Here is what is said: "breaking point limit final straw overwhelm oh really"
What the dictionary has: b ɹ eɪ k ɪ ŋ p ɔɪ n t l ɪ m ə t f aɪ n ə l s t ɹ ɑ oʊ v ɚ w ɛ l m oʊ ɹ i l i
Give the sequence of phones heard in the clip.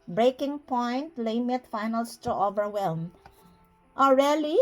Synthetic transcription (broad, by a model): b ɹ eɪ k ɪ ŋ p ɔɪ n t l ɪ m ə t f aɪ n ə l s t u oʊ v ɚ w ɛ l m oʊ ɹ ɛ l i